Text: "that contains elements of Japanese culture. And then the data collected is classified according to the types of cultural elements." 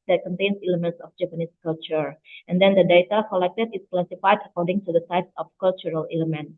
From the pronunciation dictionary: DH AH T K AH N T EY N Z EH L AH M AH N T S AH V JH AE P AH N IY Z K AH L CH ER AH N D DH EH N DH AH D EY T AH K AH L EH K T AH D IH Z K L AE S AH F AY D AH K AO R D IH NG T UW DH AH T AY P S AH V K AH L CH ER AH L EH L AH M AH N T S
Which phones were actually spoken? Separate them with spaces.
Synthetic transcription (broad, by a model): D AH T K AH N T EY N S EH L AH M AH N T S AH F JH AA P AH N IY S K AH L CH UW AH N D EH N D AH D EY T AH K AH L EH K T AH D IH S K L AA S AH F AY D AH K AO R D IH NG T UW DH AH S AY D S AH F K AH L CH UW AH L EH L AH M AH N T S